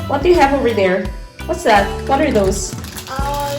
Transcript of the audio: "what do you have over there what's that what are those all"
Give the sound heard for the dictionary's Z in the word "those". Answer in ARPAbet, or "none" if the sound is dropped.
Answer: none